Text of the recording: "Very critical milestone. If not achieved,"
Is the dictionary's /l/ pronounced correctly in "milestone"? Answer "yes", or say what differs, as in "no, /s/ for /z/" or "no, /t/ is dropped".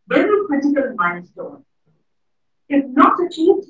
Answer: no, /n/ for /l/